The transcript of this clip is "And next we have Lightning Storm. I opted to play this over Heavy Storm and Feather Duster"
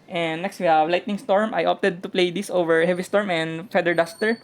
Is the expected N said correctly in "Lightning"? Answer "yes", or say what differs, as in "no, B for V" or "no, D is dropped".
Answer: yes